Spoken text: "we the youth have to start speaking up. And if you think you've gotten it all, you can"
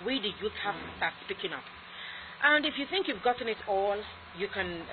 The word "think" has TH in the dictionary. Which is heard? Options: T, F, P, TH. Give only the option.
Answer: TH